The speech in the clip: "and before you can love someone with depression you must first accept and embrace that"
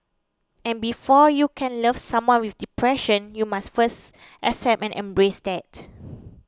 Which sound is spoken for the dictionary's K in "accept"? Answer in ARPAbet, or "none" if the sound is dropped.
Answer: none